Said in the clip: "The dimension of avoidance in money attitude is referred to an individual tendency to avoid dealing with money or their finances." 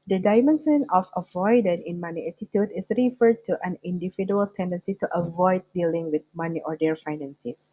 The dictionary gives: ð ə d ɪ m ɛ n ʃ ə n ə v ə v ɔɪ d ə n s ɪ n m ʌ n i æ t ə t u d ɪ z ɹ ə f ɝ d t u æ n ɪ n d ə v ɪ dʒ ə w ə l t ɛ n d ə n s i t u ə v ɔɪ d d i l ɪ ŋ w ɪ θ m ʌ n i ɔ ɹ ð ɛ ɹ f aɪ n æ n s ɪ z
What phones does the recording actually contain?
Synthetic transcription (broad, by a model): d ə d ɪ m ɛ n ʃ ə n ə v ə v ɔɪ d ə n ɪ n m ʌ n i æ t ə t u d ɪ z ɹ ə f ɝ d t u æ n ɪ n d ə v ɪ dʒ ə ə l t ɛ n d ə n s i t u ə v ɔɪ d d i l ɪ ŋ w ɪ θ m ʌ n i ɔ ɹ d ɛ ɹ f aɪ n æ n s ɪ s